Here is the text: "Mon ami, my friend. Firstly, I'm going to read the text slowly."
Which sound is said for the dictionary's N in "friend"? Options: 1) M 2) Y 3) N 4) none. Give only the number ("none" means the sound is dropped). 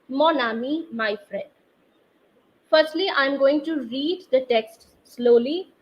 4